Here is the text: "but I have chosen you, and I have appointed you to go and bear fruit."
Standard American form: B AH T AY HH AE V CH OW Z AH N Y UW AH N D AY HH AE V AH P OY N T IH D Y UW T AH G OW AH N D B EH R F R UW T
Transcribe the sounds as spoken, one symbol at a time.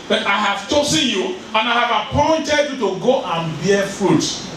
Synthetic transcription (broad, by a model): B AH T AY HH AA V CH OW S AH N Y UW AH N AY HH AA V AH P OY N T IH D Y UW T AH G OW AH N B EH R F R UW T